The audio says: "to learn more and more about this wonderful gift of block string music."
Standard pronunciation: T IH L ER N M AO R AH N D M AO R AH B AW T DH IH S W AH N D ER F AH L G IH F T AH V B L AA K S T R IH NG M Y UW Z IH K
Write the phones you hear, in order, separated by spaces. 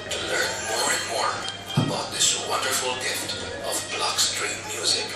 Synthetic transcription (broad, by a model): T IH L ER N M AO R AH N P AO R AH B AW T DH IH S W AH N D ER F AH L G IH F T AH V B L AA K S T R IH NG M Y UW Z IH